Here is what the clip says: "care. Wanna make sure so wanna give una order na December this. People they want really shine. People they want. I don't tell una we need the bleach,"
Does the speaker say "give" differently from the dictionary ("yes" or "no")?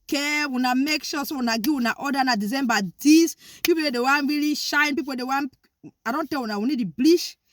yes